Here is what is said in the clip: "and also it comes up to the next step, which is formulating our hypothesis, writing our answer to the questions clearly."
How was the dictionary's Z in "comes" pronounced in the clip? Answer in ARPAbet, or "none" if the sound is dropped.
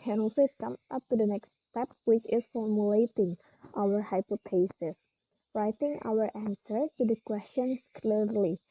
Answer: none